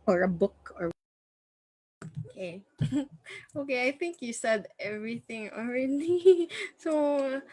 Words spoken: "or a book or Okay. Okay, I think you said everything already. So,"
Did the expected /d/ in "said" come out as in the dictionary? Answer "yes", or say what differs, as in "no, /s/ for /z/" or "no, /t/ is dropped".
yes